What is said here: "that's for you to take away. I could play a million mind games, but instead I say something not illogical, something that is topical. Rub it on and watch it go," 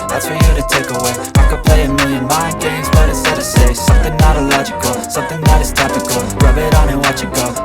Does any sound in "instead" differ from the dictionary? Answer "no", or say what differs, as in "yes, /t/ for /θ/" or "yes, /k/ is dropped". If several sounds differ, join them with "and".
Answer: yes, /n/ is dropped